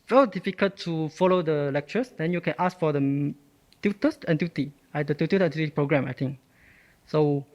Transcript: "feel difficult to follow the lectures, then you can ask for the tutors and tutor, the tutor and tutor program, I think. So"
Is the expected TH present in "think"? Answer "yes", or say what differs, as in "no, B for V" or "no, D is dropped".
no, T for TH